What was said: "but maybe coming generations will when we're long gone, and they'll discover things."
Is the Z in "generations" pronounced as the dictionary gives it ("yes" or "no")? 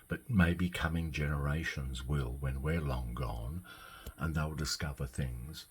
yes